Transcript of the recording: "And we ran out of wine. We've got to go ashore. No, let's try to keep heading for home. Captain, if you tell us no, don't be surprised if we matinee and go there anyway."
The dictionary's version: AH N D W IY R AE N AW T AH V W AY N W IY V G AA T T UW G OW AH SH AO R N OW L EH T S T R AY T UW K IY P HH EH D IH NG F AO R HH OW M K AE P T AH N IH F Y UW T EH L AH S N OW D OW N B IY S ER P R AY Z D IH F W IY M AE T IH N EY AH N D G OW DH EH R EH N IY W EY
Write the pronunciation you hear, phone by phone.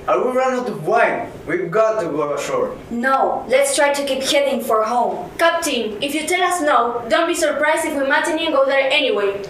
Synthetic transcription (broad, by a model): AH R W IY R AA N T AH B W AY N W IY V G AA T T UW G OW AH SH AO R N OW L EH T S T R AY T UW K IY P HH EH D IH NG F AO R HH OW M K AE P T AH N IH F Y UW T EH L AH S N OW D OW N B IY S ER P R AY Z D IH F W IY M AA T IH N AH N G OW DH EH R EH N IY W EY